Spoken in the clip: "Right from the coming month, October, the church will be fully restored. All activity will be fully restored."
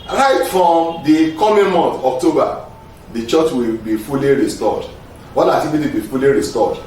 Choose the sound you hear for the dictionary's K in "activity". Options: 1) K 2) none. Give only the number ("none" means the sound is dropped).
2